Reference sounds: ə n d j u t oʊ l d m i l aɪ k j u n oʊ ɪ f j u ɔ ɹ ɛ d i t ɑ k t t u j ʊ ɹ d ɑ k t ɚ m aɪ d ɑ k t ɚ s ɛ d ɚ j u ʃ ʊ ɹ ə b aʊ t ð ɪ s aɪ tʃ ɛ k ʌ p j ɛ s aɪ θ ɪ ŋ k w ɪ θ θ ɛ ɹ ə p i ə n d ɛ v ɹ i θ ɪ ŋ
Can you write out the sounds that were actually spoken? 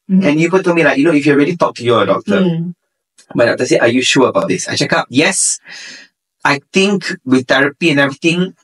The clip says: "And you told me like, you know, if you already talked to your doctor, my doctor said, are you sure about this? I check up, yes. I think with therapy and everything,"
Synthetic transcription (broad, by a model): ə n j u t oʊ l m i l aɪ k j u n oʊ ɪ f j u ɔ ɹ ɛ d i t ɑ k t t u j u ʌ d ɑ k t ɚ m aɪ d ɑ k t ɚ s ɛ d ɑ j u ʃ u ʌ ə b aʊ t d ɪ s aɪ tʃ ɛ k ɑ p j ɛ s aɪ t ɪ ŋ k w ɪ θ t ɛ ɹ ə p i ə n ɛ v ɹ i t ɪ ŋ